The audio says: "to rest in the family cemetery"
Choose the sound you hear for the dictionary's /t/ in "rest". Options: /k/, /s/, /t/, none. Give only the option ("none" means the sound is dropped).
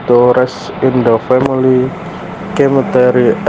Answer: none